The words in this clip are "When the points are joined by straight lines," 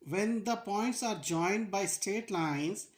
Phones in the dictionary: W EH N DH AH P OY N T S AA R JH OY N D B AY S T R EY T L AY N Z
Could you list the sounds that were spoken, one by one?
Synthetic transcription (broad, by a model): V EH N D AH P OY N T S AA R JH OY N D B AY S T EY T L AY N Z